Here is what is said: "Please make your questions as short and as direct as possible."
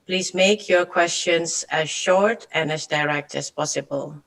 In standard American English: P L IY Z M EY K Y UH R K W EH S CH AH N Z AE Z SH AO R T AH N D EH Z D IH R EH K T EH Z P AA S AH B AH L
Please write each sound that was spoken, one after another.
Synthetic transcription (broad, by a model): P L IY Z M EY K Y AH R K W EH S CH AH N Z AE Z SH AO R T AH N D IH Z D IH R EH K T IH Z P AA S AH B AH L